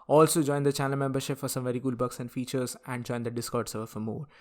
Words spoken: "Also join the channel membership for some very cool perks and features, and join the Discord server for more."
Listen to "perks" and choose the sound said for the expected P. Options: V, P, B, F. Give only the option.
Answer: B